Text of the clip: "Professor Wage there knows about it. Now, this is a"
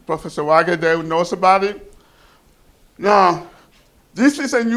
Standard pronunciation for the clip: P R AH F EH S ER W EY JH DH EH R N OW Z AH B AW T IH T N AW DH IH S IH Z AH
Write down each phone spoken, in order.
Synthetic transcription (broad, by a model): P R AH F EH S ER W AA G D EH L N OW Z AH B AW T IH T N AW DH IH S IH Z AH